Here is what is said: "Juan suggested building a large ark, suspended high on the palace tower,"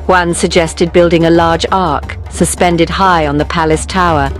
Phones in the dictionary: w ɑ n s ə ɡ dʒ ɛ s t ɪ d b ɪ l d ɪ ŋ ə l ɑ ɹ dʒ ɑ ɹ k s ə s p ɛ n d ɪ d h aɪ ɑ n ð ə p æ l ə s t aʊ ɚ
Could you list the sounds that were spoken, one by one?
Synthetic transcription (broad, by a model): w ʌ n s ə ɡ dʒ ɛ s t ɪ d b ɪ l d ɪ ŋ ə l ɑ ɹ dʒ ɑ ɹ k s ə s p ɛ n d ɪ d h aɪ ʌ n ð ə p æ l ə s t aʊ ɚ